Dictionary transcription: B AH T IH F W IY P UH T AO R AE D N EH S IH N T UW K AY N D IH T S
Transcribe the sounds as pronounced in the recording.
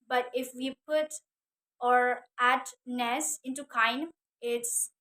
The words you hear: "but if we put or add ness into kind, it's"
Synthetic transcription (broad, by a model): B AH T IH F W IY P UH T AO R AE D N EH S IH N T UW K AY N IH T S